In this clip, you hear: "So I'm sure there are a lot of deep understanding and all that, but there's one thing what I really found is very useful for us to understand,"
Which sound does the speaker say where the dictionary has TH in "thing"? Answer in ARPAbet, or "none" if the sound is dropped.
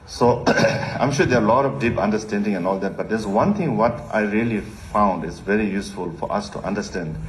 T